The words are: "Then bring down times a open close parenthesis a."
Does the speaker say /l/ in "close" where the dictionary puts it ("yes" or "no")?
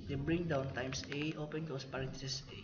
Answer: no